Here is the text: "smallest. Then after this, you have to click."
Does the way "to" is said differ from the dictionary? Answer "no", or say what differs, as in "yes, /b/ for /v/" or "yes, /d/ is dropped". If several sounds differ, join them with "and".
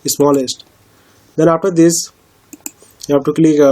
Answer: no